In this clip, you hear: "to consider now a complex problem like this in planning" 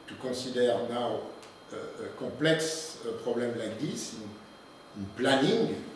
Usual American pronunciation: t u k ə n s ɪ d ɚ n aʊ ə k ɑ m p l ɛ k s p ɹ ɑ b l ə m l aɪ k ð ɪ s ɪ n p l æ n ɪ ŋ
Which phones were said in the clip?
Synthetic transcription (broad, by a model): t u k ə s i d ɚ n aʊ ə k ɑ p l ɛ k s p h ɑ b l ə m l aɪ k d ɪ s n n p l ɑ n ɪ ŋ